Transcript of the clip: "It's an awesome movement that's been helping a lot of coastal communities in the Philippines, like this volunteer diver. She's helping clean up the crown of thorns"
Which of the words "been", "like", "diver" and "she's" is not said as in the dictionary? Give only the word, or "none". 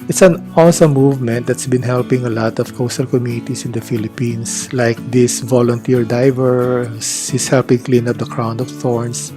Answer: she's